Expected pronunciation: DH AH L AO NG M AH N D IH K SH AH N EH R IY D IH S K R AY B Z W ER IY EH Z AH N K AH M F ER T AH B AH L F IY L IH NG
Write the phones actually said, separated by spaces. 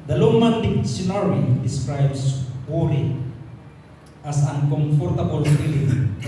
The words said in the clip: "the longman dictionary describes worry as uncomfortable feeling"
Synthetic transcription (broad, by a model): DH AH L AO M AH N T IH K S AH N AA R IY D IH S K R AY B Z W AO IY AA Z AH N K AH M F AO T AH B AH L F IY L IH